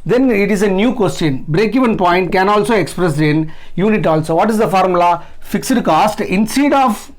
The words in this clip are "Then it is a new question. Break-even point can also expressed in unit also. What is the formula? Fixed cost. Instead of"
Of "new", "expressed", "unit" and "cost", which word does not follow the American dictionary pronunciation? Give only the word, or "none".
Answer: expressed